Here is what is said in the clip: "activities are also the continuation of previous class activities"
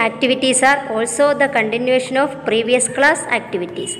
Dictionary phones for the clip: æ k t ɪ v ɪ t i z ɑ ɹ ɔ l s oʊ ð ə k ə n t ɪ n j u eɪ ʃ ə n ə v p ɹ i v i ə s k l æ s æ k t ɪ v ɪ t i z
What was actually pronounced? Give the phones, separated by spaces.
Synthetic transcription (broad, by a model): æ k t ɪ v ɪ t i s ɑ ɹ ɔ l s oʊ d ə k ə n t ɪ n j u eɪ ʃ ə n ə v p ɹ i v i ə s k l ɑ s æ k t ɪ v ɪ t i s